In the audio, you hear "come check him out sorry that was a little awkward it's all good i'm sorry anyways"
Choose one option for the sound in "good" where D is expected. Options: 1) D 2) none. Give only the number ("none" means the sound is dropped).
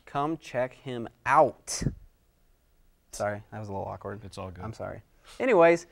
2